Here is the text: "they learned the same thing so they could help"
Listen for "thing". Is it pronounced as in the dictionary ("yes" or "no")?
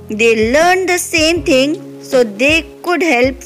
no